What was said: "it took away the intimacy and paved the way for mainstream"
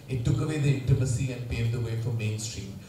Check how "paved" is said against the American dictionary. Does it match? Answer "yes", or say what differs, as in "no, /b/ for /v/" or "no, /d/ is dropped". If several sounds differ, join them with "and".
no, /v/ is dropped